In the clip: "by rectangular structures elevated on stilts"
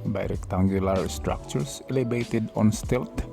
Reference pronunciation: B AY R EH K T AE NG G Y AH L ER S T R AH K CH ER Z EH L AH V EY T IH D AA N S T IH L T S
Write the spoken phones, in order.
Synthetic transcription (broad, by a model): B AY R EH K T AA NG G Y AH L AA S T R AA K CH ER S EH L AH B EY T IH D AA N S T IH L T